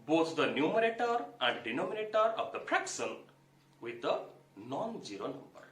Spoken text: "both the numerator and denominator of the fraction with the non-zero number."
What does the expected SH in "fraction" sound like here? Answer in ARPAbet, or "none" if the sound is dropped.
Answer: S